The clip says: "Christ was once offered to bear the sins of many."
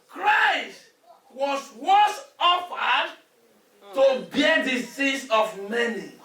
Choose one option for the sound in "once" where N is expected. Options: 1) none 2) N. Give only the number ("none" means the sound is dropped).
1